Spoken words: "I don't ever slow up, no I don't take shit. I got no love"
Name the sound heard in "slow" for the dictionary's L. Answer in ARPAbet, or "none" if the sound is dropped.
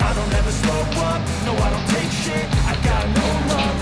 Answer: none